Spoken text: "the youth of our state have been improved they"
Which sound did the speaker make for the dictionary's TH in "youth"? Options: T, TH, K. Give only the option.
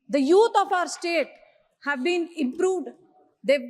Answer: T